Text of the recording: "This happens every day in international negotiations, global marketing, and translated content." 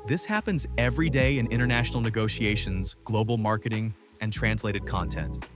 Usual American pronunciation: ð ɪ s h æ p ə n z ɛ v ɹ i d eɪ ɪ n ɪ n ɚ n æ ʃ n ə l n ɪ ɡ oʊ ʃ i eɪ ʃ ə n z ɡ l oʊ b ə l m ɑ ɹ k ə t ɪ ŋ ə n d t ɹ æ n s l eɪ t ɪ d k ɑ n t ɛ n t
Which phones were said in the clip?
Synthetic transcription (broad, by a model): ð ɪ s h æ p ə n z ɛ v ɹ i d eɪ ɪ n ɪ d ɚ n æ ʃ n l n ɪ ɡ oʊ ʃ i eɪ ʃ ə n z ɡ l oʊ b l m ɑ ɹ k ə t ɪ ŋ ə n t ɹ æ n s l eɪ t ɪ d k ɑ n t ɛ n t